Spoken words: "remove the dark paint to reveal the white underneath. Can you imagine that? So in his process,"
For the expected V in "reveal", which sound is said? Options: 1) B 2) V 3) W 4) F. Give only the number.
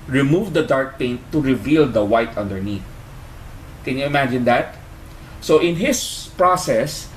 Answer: 2